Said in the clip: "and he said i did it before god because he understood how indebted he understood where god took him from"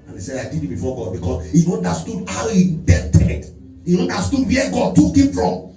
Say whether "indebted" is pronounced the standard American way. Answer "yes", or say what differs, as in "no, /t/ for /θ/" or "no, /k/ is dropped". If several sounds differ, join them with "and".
no, /n/ is dropped